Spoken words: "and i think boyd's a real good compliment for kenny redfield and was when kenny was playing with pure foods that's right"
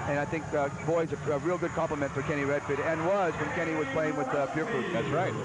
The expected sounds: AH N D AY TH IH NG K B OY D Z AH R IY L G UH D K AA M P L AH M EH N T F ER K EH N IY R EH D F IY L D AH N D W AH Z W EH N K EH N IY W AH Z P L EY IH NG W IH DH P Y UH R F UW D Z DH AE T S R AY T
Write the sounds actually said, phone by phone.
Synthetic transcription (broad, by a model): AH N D AY TH IH NG K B OY Z AH R IY L G UH D K AA M P L AH M EH N T F ER K EH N IY R EH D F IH D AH N W AH Z W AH N K EH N IY W AH Z P L EY IH NG W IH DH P Y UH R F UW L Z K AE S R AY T